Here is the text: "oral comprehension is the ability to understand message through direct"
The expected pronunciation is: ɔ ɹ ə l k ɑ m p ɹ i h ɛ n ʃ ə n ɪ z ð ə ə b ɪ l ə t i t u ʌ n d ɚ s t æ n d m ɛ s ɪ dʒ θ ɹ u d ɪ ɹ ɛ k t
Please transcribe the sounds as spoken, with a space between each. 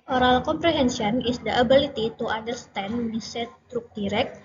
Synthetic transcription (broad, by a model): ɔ ɹ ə l k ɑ m p ɹ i h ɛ n s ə n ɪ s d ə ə b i l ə t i t u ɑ n d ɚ s t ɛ n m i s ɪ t ɹ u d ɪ ɹ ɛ k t